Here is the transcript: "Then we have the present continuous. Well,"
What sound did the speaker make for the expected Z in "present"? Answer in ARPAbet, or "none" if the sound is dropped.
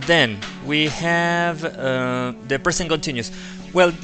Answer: S